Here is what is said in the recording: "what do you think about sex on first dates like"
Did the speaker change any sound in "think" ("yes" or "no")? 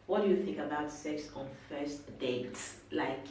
no